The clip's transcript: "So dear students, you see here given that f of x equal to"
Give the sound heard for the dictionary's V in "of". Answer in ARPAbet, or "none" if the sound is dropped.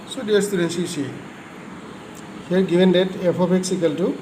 P